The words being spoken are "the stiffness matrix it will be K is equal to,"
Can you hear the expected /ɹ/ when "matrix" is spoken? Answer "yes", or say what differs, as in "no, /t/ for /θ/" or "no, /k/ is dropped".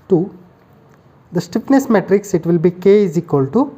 yes